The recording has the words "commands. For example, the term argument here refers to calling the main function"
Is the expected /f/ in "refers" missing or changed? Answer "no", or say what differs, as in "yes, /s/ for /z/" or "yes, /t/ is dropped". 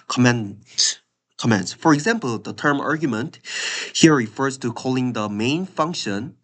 no